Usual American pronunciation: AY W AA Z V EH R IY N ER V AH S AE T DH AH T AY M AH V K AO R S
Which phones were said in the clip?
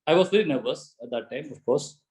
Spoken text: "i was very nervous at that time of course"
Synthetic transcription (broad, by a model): AY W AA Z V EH L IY N ER V AH S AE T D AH T AY M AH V K AO R S